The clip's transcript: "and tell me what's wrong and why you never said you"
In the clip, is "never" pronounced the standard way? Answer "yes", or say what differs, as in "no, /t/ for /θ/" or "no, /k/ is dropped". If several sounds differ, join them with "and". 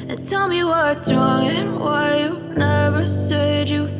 yes